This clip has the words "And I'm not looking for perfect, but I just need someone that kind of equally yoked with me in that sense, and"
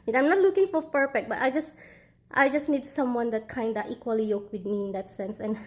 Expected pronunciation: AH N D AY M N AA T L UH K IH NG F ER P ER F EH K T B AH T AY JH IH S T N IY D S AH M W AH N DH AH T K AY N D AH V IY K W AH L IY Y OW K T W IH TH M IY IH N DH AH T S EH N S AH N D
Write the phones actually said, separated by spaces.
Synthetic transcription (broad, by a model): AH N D AY M N AA T L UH K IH NG F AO P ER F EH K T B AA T AY JH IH S T N IY D S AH M W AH N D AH T K AY N D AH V IY K W AH L IY Y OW K W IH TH M IY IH N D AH T S EH N S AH N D